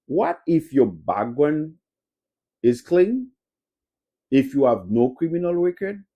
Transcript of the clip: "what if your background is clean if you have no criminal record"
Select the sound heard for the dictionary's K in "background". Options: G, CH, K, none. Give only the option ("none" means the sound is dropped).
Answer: none